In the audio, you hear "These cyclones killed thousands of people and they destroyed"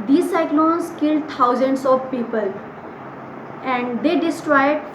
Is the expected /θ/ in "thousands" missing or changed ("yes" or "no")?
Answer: yes